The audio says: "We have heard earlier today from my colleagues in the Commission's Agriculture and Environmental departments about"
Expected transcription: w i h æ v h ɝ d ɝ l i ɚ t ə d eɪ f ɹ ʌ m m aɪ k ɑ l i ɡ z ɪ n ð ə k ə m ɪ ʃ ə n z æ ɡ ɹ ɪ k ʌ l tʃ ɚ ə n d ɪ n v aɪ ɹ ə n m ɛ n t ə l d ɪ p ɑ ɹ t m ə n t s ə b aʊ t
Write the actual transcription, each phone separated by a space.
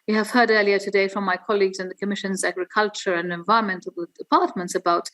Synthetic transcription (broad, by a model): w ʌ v h ɝ d ɝ l i ɚ t ə d eɪ f ɹ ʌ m m aɪ k ɑ l i ɡ z ɪ n ð ə k ə m ɪ ʃ ə n z æ ɡ ɹ ɪ k ʌ l tʃ ɚ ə n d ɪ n v aɪ ɹ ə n m ɛ n t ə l d ɪ p ɑ ɹ t m ə n t s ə b aʊ t